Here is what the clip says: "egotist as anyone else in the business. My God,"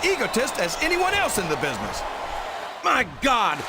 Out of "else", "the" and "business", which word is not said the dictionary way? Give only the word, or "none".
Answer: none